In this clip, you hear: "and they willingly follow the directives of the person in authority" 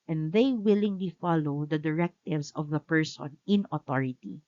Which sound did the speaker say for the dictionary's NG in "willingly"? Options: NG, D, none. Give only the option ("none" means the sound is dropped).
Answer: NG